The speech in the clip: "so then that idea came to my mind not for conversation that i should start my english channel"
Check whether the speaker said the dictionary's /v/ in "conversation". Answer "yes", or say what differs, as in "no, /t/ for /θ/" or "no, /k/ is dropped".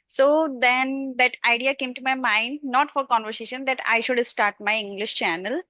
yes